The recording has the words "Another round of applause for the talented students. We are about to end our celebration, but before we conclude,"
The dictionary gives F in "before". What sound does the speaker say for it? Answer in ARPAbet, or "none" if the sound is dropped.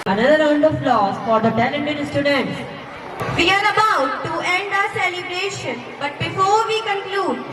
F